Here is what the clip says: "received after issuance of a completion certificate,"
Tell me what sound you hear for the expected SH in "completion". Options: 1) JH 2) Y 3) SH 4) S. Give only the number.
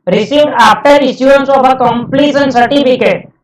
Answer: 4